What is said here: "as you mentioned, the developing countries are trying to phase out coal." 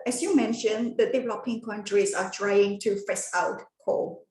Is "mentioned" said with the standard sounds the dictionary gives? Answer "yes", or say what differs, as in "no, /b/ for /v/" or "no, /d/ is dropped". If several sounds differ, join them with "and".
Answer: yes